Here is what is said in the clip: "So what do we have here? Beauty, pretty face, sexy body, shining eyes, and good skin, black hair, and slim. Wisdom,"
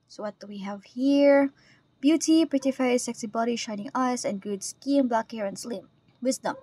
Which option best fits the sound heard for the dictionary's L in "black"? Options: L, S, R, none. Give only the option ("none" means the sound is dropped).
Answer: L